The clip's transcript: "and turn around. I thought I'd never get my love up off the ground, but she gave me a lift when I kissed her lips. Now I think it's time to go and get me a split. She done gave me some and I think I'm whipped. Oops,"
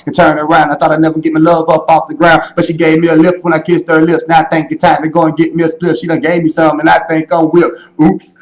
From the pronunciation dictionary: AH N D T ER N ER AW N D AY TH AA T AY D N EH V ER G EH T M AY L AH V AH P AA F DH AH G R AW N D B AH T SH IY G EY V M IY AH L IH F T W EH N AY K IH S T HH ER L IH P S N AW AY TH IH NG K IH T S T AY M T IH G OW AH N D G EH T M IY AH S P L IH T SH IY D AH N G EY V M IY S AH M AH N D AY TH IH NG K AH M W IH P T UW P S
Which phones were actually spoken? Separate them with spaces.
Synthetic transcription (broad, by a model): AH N T ER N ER AW N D AY TH AA T AY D N EH V ER G EH T M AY L AH V AH P AA F DH AH G R AW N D B AH T SH IY G EY V M IY AH L IH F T W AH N AY K IH S T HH ER L IH P S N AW AY TH IH NG K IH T T AY M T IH G OW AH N G EH T M IY AH S P L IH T SH IY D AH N G EY V M IY S AH M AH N AY TH IH NG K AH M W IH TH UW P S